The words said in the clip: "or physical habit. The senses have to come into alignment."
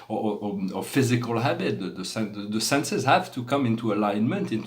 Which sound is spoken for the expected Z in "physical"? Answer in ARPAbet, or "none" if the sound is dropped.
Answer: Z